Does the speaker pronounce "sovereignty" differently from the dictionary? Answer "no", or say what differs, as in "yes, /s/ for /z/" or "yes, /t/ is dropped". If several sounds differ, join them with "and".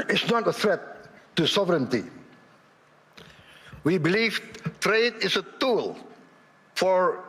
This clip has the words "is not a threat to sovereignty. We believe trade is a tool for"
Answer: no